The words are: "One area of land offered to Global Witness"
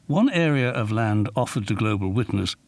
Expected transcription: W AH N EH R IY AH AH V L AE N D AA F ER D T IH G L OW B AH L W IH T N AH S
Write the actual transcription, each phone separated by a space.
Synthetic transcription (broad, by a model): W AH N EH R IY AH AH V L AE N D AA F ER D T IH G L OW B AH L W IH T N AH S